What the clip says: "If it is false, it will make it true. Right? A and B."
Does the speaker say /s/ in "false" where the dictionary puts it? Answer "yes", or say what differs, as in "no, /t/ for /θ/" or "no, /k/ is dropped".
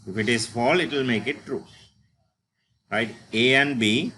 no, /s/ is dropped